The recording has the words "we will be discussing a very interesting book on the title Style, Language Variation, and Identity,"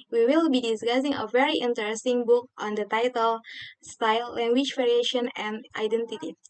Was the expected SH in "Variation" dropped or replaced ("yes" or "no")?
no